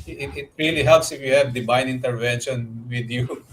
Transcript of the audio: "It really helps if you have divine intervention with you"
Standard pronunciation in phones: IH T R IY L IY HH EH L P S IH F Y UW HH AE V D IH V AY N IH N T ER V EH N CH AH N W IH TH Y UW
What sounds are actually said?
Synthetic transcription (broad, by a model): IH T R IY L IY HH EH L P S IH F Y UW HH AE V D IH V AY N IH N T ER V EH N SH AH N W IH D Y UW